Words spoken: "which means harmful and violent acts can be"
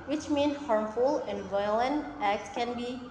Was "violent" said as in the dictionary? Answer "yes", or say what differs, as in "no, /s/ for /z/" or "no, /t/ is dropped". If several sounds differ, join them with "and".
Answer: yes